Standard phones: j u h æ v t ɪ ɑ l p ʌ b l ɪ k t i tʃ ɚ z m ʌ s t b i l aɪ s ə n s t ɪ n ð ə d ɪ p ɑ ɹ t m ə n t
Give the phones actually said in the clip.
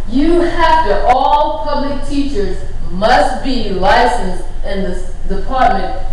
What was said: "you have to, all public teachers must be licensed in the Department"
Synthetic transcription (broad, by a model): j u h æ f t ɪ ɑ l p ʌ b l ɪ k t i tʃ ɚ z m ʌ s t b i l aɪ s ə n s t ɪ n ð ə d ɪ p ɑ ɹ t m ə n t